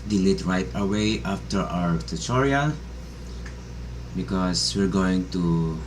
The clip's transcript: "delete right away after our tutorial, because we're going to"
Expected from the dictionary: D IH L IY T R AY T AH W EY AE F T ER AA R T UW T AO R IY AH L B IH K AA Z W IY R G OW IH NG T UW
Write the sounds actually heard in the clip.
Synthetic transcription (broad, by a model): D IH L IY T R AY T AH W EY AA F T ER AA R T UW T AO R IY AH B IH K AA S W IY R G OW IH NG T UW